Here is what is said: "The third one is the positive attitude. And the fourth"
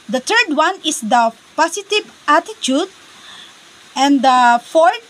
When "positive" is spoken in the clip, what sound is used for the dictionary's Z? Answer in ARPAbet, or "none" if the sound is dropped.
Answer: S